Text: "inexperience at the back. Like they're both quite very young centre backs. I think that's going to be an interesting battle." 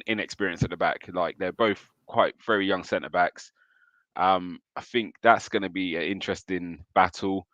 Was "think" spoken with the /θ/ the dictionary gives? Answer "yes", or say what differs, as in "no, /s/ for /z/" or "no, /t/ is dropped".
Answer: yes